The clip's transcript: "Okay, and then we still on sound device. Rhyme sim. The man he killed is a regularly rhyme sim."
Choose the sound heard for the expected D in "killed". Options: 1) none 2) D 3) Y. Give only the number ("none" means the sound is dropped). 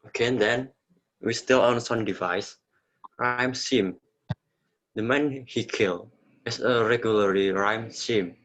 1